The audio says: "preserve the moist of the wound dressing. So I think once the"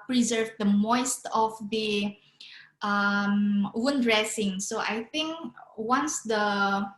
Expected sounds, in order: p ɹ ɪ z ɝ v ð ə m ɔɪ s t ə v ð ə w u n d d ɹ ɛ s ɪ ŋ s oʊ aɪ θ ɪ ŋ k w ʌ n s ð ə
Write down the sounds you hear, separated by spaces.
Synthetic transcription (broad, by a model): p ɹ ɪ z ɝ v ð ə m ɔɪ s t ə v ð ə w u n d d ɹ ɛ s ɪ ŋ s oʊ aɪ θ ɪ ŋ k w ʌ n s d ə